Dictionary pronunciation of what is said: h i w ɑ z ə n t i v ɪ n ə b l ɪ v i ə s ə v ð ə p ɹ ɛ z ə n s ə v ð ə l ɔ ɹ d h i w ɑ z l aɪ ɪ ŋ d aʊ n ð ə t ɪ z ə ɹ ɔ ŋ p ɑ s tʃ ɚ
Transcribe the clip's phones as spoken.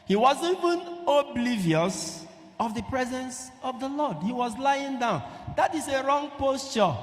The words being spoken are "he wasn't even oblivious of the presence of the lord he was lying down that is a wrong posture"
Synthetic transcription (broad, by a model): h i w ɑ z i v ɪ n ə b l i v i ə s ə v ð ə p ɹ ɛ z ə n s ə v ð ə l ɔ d h i w ɑ z l aɪ ɪ ŋ d aʊ n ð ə t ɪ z ə ɹ ɔ ŋ p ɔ s tʃ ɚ